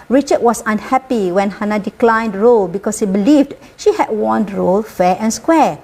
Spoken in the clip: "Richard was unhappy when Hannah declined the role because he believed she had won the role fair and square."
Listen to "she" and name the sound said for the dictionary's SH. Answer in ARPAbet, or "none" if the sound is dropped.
SH